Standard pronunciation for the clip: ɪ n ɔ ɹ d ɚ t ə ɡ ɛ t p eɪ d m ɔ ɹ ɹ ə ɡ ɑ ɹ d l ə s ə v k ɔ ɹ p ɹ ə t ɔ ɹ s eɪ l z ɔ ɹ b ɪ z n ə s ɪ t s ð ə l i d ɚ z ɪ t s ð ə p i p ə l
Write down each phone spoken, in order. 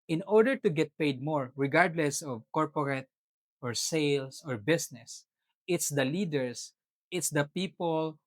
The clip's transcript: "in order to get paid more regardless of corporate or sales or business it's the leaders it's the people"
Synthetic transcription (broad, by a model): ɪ n ɔ ɹ d ɚ t ə ɡ ɛ t p eɪ d m ɔ ɹ ɹ ə ɡ ɑ ɹ d l ə s ə v k ɔ ɹ p ɹ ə t ɔ ɹ s eɪ l s ɔ ɹ b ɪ s n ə s ɪ t s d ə l i d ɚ s ɪ t s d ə p i p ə l